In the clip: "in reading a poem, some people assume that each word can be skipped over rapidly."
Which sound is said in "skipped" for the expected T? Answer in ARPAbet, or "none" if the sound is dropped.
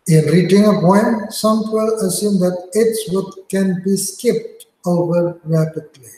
T